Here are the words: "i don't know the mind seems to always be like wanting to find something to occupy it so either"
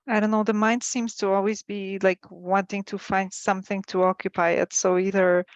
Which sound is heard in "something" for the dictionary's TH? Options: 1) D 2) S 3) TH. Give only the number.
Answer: 3